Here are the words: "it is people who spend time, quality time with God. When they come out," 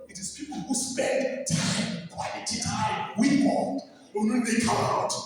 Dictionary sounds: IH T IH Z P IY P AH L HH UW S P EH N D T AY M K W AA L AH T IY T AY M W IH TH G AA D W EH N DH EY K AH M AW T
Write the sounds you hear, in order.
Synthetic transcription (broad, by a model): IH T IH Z P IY P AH L HH UW S P EH N D T AY M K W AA AH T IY T AY M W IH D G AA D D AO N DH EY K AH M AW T